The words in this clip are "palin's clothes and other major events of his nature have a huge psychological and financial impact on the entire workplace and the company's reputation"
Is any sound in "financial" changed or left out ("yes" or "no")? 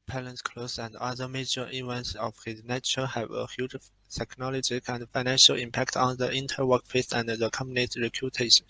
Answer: no